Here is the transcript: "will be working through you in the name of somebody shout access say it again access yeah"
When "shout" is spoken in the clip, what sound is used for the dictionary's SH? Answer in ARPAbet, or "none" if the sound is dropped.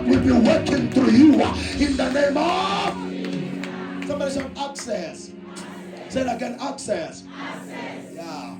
S